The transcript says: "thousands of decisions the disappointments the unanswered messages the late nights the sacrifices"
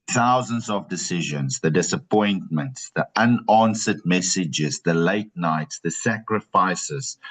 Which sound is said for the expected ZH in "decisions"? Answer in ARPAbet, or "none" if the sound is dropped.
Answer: ZH